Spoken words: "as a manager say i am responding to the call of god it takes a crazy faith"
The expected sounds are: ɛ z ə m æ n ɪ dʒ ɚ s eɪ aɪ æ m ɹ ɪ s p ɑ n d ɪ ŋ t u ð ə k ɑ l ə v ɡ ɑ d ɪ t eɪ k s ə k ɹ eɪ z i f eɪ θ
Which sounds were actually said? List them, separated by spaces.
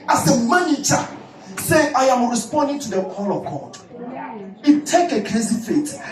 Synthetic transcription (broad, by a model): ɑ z ə m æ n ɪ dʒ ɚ s eɪ aɪ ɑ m ɹ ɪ s p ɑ n d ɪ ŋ t u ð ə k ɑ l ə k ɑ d ɪ t eɪ k ə k ɹ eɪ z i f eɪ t